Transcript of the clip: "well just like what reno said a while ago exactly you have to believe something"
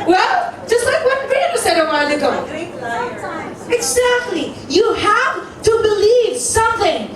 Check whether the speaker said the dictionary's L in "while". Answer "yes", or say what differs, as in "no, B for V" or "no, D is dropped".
no, N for L